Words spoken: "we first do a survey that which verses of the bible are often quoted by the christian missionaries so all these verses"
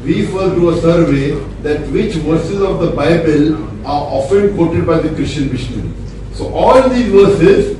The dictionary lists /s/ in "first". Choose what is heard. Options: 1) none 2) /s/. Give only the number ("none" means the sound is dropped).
1